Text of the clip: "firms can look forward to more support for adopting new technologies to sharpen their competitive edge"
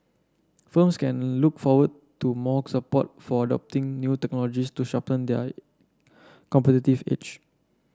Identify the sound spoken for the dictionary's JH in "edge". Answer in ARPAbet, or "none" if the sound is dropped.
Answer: CH